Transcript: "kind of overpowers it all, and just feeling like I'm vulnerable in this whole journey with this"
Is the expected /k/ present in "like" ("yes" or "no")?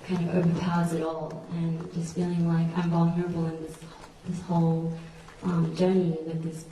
yes